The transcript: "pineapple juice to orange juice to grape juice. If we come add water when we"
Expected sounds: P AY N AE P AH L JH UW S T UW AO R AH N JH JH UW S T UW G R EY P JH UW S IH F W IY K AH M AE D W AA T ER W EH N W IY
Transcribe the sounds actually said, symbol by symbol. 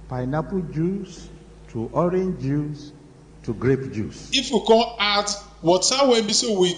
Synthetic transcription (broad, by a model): P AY N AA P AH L JH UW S T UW AO R AH N JH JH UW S T UW G R EY P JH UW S IH F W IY K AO AA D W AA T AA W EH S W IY